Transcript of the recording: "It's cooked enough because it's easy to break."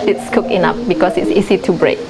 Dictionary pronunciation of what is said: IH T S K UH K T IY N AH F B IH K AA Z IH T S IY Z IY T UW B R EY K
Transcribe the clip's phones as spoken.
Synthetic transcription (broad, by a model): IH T S K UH K IY N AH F B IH K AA S IH T S IY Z IY T UW B R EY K